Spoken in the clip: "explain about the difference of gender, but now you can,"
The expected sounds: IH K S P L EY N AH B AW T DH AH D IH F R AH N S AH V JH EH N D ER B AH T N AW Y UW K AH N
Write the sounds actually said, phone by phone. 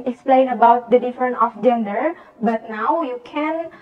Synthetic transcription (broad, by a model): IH K S P L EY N AH B AW T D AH D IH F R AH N AH F JH EH N D ER B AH T N AW Y UW K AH N